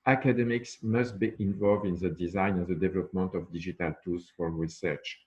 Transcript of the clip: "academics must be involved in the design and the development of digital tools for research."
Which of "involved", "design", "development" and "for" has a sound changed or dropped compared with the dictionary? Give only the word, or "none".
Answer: none